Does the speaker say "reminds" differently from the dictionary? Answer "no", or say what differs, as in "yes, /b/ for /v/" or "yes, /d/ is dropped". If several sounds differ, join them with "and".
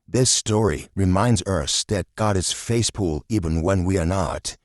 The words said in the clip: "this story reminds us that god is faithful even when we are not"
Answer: no